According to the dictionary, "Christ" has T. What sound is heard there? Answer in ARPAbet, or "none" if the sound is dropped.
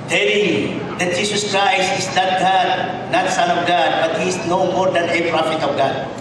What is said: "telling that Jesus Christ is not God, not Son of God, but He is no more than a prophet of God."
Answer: none